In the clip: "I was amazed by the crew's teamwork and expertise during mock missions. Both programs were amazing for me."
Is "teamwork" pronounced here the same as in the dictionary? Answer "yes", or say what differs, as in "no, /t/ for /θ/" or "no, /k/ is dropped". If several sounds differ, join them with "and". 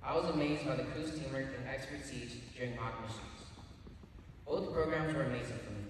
no, /k/ is dropped